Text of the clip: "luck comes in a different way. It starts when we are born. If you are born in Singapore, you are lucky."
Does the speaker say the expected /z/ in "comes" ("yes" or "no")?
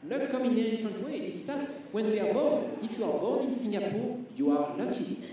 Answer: no